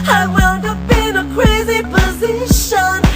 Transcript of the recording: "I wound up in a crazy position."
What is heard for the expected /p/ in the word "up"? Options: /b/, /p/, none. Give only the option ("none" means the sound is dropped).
/b/